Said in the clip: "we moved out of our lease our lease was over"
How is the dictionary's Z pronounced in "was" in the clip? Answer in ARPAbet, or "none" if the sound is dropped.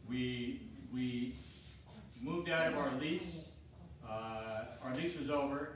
Z